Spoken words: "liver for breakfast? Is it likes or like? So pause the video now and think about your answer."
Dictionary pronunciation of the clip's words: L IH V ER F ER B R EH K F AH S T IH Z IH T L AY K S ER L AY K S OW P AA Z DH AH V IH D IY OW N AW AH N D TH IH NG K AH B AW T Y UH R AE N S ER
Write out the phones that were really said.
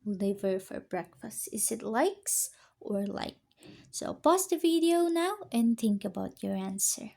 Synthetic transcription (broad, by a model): L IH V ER F ER B R EH K F AH S T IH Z IH T L AY K S ER L AY K S OW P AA S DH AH V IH D IY OW N AW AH N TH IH NG K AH B AW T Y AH R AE N S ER